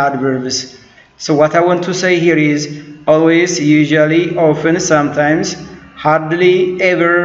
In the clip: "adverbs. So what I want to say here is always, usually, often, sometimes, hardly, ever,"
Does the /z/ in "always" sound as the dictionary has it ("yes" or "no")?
yes